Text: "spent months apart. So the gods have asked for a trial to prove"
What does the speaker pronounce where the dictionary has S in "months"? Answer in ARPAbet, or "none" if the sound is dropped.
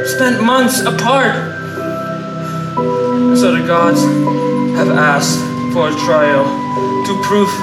S